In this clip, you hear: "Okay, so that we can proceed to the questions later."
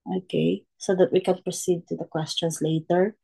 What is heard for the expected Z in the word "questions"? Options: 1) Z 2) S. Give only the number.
2